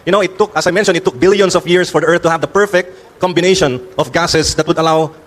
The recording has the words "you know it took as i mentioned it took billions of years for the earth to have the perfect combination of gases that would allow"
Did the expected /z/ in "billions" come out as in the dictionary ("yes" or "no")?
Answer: no